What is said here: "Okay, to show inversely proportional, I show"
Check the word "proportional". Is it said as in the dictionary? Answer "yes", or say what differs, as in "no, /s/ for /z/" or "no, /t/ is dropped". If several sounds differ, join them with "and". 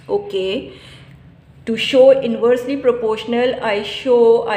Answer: yes